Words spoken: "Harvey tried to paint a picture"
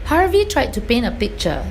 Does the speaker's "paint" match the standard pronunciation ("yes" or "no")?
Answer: no